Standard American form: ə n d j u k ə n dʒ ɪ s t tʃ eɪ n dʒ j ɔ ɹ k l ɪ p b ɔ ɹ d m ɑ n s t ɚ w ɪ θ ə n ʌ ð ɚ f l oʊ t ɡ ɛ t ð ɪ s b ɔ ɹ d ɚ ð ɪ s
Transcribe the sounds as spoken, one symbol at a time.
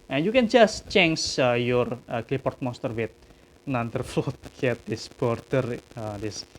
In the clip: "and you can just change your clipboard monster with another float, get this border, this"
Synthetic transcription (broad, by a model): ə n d j u k ə n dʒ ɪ s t tʃ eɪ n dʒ j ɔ ɹ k l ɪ p ɔ ɹ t m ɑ s t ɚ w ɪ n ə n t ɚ f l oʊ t ɡ ɛ t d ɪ s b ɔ ɹ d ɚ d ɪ s